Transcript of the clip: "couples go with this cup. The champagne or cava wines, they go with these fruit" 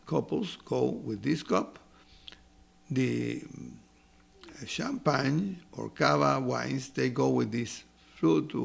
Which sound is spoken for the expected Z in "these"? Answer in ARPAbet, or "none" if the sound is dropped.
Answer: S